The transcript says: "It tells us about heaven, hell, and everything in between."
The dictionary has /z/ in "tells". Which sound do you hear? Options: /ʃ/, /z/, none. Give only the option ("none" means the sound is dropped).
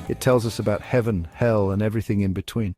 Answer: /z/